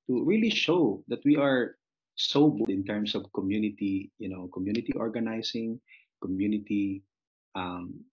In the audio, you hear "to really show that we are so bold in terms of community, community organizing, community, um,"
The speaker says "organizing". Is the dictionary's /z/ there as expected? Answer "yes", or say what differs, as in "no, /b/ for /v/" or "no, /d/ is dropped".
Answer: no, /s/ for /z/